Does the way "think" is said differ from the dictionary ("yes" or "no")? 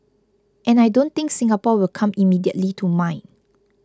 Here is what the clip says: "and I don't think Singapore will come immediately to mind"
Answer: yes